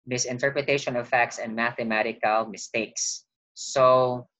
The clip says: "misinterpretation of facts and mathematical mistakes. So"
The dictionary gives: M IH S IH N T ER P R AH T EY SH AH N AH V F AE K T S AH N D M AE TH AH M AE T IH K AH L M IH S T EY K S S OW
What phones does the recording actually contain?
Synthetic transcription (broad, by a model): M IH S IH N T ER P R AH T EY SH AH N AH V F AE K T S AH N D M AE TH AH M AE T IH K AH L M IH S T EY K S S OW